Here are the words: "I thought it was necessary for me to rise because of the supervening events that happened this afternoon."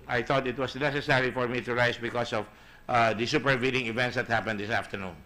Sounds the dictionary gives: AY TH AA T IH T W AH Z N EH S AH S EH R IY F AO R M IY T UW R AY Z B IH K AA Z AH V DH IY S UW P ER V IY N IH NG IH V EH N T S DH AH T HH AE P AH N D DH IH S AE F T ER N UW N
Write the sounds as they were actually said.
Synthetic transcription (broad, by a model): AY TH AA T IH T W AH S N EH S AH S EH R IY F AO R M IY T UW R AY S B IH K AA S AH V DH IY S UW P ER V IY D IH NG IH V EH N T S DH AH T HH AE P AH N D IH S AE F T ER N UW N